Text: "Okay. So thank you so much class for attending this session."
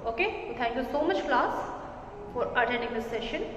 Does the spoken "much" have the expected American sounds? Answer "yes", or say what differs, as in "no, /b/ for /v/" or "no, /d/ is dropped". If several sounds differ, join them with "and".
yes